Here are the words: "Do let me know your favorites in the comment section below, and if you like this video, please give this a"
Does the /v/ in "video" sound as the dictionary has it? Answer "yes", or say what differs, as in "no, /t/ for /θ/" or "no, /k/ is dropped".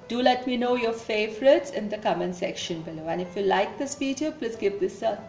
no, /p/ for /v/